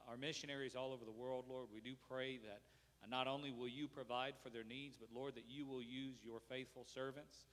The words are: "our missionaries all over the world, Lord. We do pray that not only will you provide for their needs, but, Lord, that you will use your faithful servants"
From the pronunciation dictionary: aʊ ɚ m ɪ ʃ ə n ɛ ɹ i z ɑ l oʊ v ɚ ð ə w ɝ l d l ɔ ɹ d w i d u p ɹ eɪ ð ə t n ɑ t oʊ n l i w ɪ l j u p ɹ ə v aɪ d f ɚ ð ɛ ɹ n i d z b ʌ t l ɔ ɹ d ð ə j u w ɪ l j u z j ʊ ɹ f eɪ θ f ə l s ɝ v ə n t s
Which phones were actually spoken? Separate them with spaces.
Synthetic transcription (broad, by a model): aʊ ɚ m ɪ ʃ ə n ɛ ɹ i z ɑ l oʊ v ɚ ð ə w ɝ l d l ɔ ɹ d w i d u p ɹ eɪ ð ə t n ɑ t oʊ n l i w ɪ l j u p ɹ ə v aɪ d f ɚ ð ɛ ɹ n i d z b ʌ t l ɔ ɹ d ð ə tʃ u w ɪ l j u z j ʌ ɹ f eɪ θ f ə l s ɝ v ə n t s